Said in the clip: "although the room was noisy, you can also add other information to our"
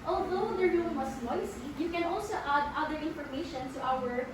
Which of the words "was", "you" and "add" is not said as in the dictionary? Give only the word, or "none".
was